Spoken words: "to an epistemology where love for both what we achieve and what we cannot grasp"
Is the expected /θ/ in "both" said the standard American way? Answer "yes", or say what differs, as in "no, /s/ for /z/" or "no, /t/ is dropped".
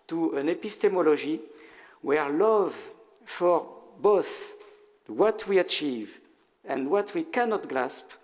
yes